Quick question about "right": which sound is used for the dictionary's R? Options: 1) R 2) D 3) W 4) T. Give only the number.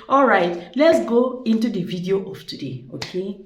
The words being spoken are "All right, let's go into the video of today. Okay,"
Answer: 1